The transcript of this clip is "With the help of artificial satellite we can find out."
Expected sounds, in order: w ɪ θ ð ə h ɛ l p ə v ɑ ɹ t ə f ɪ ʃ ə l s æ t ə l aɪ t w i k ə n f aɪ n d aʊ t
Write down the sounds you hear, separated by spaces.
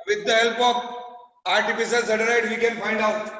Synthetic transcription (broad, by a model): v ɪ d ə h ɛ l p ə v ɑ ɹ t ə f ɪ s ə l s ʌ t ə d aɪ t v i k ə n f aɪ n d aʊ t